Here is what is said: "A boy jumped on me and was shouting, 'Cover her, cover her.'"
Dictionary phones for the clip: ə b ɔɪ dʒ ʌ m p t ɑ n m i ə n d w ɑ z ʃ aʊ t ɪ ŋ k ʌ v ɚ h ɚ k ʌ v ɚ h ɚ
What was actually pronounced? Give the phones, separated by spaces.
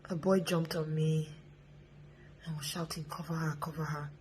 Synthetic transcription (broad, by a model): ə b ɔɪ dʒ ʌ m p t ɑ n m i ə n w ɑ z ʃ aʊ t ɪ ŋ k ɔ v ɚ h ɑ k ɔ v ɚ h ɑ